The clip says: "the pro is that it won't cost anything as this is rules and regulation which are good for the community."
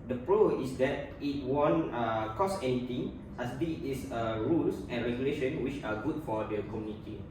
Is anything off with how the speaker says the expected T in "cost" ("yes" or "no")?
yes